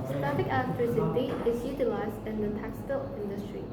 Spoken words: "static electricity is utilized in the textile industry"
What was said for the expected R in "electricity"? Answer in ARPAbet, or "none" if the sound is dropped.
none